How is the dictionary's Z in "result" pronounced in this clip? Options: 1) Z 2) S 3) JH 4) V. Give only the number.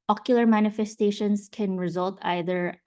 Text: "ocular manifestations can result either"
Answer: 1